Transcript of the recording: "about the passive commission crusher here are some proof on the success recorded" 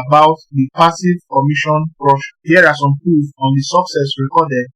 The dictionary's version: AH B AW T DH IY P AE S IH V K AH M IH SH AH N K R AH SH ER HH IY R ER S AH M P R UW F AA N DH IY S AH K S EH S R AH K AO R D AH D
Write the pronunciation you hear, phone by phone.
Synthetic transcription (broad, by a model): B AW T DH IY P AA S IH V K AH M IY SH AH N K R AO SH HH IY R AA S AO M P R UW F AA N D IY S AH K S EH S R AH K AO D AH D